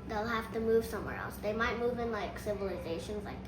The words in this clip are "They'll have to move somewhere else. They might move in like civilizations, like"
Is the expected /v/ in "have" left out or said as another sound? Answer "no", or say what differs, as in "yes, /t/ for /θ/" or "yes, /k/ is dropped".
yes, /f/ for /v/